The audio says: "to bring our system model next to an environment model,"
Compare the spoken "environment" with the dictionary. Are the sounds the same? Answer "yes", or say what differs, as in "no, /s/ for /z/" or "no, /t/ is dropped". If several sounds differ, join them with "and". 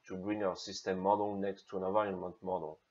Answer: no, /n/ is dropped and /ɹ/ is dropped